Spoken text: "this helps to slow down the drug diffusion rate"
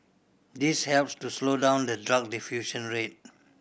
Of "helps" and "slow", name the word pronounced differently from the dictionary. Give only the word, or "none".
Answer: none